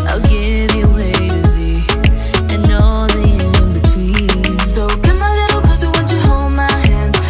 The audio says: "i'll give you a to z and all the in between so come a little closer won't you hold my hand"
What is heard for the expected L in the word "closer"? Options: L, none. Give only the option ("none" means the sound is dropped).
none